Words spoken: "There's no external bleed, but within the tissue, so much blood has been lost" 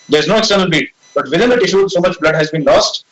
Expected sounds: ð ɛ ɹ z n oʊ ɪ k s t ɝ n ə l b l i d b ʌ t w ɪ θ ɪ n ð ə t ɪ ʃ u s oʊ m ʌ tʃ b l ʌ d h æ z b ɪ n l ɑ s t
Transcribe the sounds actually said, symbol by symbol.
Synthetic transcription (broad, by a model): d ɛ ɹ z n oʊ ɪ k s t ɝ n ə l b i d b ʌ t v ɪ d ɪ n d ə t ɪ ʃ u s oʊ m ʌ tʃ b l ʌ d h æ z b ɪ n l ɑ s t